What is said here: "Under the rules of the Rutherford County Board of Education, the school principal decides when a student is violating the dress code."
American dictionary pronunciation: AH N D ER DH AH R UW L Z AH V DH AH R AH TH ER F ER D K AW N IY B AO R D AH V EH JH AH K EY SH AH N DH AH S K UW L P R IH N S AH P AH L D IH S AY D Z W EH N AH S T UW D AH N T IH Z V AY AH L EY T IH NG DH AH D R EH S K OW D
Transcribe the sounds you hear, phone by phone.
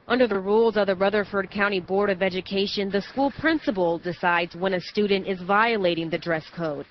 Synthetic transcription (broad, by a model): AH N D ER DH AH R UW L Z AH V DH AH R AH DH ER F ER D K AW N IY B AO R D AH V EH JH AH K EY SH AH N DH AH S K UW L P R IH N S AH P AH L D IH S AY D Z W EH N AH S T UW D N T IH Z V AY AH L EY T IH NG DH AH D R EH S K OW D